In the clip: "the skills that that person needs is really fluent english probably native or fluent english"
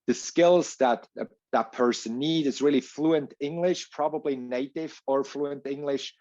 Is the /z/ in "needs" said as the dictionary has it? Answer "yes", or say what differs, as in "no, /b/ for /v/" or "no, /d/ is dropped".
no, /z/ is dropped